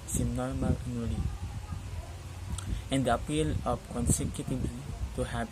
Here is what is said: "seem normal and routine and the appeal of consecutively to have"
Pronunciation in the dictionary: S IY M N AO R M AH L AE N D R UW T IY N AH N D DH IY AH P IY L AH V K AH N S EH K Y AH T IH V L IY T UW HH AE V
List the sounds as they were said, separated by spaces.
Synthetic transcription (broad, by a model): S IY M N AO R M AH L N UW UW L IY AH N D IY AH P IY L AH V K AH N S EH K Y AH T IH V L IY T UW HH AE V